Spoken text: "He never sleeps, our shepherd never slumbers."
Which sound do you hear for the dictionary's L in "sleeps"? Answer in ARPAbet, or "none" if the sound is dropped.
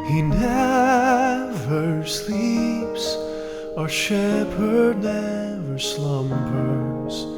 L